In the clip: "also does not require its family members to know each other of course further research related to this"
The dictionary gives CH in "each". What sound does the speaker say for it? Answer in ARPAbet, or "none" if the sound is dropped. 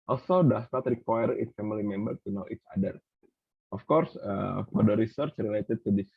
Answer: S